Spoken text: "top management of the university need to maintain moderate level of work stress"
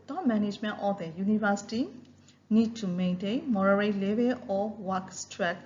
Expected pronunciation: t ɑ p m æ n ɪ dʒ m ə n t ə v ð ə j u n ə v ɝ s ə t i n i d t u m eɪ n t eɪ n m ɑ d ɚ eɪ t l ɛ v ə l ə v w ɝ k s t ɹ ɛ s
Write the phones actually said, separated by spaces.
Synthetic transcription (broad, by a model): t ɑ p m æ n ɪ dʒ m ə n t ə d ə j u n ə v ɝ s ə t i n i d t u m eɪ n t eɪ n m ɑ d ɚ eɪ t l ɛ b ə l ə w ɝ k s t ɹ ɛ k